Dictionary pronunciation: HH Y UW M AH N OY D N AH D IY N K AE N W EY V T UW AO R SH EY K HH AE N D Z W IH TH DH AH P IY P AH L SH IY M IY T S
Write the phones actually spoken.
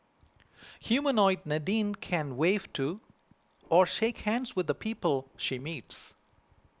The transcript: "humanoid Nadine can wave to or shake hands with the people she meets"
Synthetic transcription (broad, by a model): HH Y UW M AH N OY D N AH D IY N K AE N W EY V T UW AO R SH EY K HH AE N D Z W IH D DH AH P IY P AH L SH IY M IY T S